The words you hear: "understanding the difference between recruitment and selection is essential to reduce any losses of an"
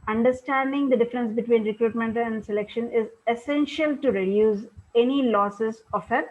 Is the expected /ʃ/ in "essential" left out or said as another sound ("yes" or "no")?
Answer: no